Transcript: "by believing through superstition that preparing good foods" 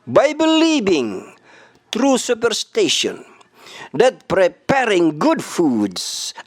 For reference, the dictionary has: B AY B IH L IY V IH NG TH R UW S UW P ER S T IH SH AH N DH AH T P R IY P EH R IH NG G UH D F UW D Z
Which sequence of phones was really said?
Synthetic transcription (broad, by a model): B AY B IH L IY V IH NG T R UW S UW P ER S T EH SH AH N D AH T P R IY P EH R IH NG G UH D F UW D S